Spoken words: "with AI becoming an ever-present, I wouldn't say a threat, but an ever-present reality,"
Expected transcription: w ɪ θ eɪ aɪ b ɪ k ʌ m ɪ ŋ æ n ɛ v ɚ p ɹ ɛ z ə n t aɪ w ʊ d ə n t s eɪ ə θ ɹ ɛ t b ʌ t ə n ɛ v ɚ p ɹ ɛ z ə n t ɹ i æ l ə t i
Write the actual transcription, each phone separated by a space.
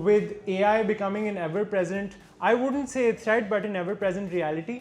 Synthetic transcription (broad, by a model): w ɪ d eɪ aɪ b ɪ k ʌ m ɪ ŋ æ n ɛ v ɚ p ɹ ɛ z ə n t aɪ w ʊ d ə n t s eɪ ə s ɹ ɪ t b ʌ t ə n ɛ v ɚ p ɹ ɛ z ə n t ɹ i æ l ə t i